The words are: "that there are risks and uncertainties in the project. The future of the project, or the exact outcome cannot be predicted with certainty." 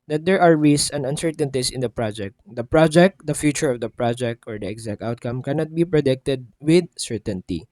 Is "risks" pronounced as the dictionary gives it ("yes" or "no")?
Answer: no